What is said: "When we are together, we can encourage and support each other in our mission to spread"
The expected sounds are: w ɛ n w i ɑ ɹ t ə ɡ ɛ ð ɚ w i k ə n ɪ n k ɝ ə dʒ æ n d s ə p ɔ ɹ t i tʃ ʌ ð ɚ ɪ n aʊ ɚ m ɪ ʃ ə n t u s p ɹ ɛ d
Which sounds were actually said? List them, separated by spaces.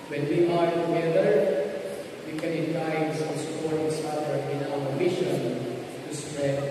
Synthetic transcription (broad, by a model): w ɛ n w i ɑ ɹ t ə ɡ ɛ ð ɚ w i k ə n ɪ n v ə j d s s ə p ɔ ɹ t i s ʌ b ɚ ɪ n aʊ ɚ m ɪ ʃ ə n t u s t ɹ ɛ